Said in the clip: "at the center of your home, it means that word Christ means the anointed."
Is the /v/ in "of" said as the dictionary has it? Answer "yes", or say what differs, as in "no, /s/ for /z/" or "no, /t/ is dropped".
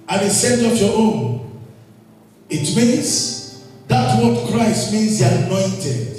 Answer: no, /p/ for /v/